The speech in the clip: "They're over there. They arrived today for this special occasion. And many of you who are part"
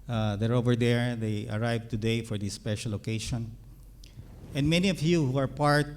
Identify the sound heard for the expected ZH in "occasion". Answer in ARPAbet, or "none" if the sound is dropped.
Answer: SH